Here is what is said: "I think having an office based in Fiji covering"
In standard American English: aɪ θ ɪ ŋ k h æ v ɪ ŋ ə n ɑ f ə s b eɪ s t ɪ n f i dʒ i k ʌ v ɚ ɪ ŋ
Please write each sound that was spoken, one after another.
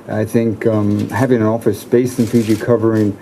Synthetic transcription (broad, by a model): aɪ θ ɪ ŋ k h æ v ɪ ŋ ə n ɑ f ə s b eɪ s ɪ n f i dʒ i k ʌ v ɚ ɪ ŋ